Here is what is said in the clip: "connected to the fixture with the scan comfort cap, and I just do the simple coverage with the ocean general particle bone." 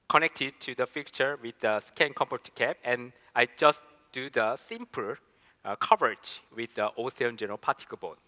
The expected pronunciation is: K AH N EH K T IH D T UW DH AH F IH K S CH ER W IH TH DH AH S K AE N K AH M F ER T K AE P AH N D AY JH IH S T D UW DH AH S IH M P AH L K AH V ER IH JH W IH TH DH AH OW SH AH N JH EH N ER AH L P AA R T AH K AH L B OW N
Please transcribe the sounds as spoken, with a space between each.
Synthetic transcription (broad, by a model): K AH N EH K T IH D T UW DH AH F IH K CH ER W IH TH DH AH S K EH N K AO M P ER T K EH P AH N AY JH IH S D UW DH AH S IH M P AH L K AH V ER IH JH W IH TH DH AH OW S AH N JH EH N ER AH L P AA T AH K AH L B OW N